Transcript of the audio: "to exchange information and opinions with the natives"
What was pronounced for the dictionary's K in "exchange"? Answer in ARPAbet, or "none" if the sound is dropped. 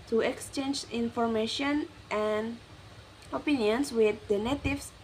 K